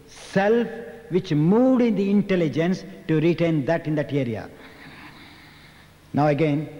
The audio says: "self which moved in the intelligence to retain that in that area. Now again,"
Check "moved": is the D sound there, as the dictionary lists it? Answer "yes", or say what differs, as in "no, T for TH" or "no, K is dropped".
yes